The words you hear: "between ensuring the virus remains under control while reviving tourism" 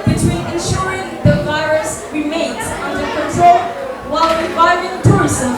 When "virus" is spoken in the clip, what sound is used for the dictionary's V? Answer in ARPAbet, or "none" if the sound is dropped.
V